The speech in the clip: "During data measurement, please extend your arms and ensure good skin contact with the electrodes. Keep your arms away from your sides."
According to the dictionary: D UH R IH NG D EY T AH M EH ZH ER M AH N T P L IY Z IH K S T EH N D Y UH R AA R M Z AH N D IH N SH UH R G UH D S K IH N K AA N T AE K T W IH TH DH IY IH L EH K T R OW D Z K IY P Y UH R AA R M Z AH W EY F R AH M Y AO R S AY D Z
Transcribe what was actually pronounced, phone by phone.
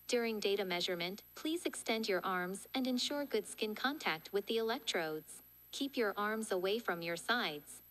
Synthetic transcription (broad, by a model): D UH R IH NG D EY T AH M EH ZH ER M AH N T P L IY Z IH K S T EH N D Y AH R AA R M Z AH N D IH N SH UH R G UH D S K IH N K AA N T AE K T W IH DH IY IH L EH K T R OW D Z K IY P Y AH R AA R M Z AH W EY F R AH M Y AO R S AY D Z